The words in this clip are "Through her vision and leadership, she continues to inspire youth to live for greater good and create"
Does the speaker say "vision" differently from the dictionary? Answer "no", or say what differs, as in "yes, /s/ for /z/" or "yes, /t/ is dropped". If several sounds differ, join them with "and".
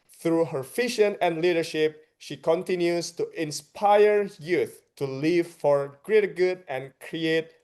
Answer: yes, /f/ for /v/ and /ʃ/ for /ʒ/